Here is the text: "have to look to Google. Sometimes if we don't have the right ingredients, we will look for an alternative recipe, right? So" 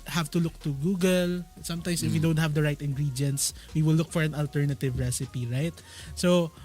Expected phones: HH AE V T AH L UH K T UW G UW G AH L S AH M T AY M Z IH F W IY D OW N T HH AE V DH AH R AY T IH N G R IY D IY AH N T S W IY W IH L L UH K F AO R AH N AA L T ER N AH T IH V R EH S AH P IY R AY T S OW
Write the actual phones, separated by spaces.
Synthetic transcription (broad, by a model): HH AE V T AH L UH K T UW G UW G AH L S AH M T AY M S IH F W IY D OW N T HH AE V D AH R AY T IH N G R IY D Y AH N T S W IY W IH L L UH K F AO R AH N AA L T ER N AH T IH V R EH S AH P IY R AY T S OW